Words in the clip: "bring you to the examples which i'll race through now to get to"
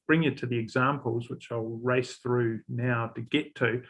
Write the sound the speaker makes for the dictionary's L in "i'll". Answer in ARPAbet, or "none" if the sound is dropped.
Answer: L